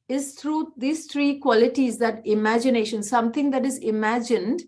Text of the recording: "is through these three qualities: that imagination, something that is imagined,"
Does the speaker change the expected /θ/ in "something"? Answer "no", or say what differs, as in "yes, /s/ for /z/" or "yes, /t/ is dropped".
yes, /t/ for /θ/